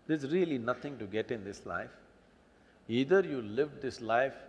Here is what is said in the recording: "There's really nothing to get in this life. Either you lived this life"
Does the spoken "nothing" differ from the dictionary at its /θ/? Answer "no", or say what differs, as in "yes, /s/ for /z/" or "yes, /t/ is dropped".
yes, /t/ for /θ/